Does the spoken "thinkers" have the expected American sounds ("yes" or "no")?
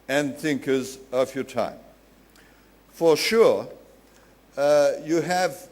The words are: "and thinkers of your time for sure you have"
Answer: yes